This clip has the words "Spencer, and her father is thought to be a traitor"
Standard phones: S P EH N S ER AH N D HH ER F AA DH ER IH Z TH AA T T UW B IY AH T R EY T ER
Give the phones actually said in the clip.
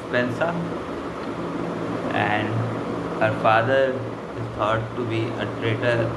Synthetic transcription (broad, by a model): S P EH N S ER AH N D HH ER F AA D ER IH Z T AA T T UW B IY AH T R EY T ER